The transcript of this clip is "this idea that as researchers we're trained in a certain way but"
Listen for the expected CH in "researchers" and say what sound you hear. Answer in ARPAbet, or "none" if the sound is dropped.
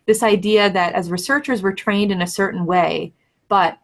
CH